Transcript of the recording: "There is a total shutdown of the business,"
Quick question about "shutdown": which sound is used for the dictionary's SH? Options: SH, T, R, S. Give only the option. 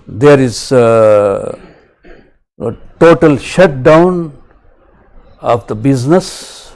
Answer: SH